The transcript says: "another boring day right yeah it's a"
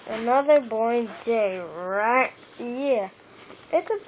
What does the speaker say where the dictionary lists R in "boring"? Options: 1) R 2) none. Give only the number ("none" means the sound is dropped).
2